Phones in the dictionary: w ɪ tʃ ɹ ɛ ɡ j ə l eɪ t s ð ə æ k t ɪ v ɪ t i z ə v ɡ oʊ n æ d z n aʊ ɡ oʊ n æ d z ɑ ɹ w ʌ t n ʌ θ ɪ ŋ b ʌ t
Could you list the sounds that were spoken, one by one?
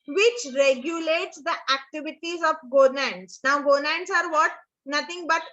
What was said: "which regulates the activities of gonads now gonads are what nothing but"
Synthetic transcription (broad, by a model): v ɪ tʃ ɹ ɛ ɡ j ə l eɪ t s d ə æ k t ɪ v ɪ t i z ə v ɡ oʊ n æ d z n aʊ ɡ oʊ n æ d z ɑ ɹ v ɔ t n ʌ t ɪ ŋ b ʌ t